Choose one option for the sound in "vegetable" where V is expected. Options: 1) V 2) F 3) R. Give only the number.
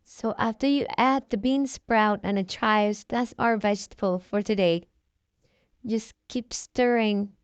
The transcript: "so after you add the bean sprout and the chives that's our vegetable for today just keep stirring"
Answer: 1